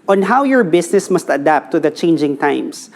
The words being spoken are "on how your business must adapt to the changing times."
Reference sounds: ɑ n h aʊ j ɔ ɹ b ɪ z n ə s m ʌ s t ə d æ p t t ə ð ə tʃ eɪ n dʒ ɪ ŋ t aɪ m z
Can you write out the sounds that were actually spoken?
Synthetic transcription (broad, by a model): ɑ n h aʊ j ɔ ɹ b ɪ s n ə s m ʌ s t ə d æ p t t ə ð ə tʃ eɪ n dʒ ɪ ŋ t aɪ m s